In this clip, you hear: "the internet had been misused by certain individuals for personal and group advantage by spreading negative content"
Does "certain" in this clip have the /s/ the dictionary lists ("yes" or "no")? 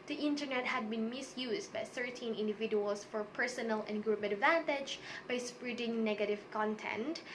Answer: no